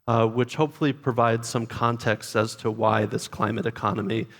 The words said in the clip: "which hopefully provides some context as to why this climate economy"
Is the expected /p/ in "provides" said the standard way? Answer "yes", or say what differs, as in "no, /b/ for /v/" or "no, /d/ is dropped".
yes